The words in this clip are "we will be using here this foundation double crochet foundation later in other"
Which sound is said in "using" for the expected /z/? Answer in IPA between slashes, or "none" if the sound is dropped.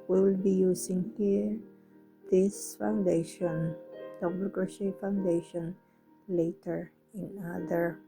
/s/